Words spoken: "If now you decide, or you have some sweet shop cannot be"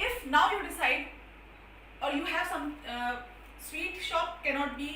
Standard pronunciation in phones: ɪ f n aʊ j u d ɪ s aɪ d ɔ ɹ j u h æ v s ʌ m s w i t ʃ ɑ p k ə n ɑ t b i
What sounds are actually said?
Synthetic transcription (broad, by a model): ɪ f n aʊ j u d ɪ s aɪ d ɔ ɹ j u h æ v s ʌ m s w i t ʃ ɑ p k ə n ɑ t b i